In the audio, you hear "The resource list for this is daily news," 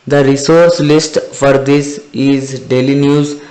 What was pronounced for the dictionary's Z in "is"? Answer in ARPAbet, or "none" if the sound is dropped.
Z